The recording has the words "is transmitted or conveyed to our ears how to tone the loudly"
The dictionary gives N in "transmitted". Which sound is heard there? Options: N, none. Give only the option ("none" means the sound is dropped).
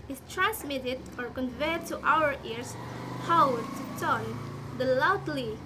N